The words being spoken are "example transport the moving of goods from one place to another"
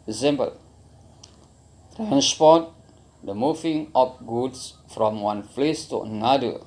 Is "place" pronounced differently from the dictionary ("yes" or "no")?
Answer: yes